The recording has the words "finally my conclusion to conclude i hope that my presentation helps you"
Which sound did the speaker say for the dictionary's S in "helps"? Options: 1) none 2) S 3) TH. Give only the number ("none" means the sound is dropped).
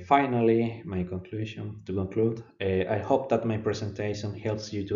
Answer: 2